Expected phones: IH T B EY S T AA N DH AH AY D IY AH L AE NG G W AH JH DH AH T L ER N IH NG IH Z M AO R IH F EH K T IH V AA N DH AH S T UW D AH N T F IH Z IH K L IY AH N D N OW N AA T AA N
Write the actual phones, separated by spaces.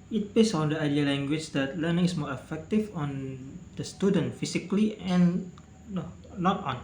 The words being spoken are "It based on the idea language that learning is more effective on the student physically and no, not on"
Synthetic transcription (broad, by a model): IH T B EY S AA N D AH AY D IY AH L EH NG G W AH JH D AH T L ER N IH NG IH S M AO R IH F EH K T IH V AA N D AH S T UW D AH N T F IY S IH K L IY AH N N OW N AA T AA N